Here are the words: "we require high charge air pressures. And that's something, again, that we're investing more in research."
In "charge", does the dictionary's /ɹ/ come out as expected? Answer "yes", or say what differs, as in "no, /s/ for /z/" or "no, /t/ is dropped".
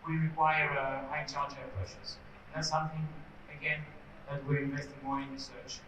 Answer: no, /l/ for /ɹ/